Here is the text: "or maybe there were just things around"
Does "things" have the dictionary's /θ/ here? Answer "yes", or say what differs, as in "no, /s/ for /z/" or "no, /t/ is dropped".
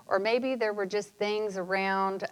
yes